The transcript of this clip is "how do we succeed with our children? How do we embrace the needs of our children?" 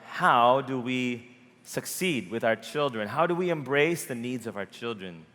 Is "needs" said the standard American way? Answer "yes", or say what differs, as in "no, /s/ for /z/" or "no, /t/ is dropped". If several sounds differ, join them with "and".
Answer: yes